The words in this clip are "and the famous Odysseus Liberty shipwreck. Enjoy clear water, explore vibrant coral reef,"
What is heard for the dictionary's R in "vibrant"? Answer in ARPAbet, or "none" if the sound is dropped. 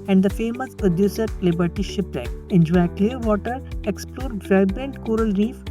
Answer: none